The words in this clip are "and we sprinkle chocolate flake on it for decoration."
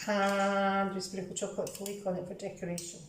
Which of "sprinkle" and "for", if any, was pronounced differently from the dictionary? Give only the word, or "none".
sprinkle